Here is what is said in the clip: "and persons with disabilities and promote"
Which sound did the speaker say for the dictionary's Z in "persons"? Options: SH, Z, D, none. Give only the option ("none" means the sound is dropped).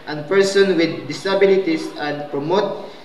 none